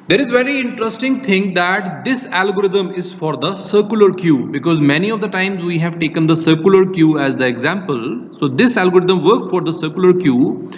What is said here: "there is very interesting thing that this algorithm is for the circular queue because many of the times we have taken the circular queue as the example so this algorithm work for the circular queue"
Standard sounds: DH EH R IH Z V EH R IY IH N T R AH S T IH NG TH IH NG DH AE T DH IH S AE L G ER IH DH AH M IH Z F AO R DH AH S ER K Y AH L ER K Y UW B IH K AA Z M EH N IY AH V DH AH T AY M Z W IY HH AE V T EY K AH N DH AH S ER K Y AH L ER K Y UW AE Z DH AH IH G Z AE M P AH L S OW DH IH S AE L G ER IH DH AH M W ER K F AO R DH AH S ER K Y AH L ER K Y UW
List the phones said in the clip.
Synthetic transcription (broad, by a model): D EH R IH Z V EH R IY IH N T R AH S T IH NG T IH NG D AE T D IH S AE L G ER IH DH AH M IH Z F AO R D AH S ER K Y AH L ER K Y UW B IH K AA Z M EH N IY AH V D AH T AY M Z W IY HH AE V T EY K AH N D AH S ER K Y L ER K Y UW AE Z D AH IH G Z AE M P AH L S OW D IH S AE L G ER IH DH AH M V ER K F AO R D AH S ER K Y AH L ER K Y UW